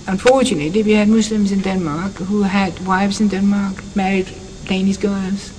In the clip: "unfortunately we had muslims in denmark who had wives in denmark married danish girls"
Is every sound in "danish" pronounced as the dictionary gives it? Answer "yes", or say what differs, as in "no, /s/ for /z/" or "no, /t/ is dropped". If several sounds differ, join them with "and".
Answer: no, /s/ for /ʃ/